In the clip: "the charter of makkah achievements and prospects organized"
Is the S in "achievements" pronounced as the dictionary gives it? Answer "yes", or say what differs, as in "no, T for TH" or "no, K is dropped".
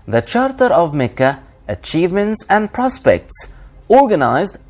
yes